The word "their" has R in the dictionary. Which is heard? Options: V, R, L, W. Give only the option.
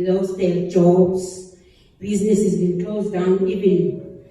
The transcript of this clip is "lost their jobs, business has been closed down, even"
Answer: L